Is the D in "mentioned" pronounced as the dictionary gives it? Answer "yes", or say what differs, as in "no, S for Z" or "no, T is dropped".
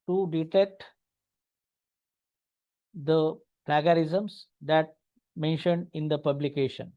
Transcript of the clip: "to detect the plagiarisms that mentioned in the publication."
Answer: yes